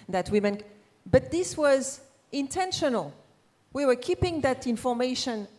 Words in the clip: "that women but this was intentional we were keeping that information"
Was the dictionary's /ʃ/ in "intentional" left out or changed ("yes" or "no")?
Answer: no